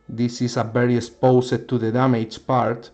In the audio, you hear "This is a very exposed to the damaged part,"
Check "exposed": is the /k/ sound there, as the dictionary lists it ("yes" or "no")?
no